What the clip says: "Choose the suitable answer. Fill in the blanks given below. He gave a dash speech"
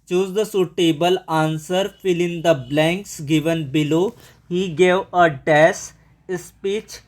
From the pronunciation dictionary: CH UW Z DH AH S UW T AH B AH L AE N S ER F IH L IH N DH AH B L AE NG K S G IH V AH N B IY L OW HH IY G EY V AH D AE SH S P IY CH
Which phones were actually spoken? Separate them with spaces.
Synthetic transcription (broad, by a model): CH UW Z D AH S UW T AH B AH L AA N S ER F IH L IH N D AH B L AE NG K S G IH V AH N B IY L OW HH IY G EY V AH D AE S S P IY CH